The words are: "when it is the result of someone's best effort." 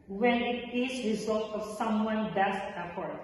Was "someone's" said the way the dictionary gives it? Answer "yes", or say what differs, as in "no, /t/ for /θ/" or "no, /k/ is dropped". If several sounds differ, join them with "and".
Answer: no, /z/ is dropped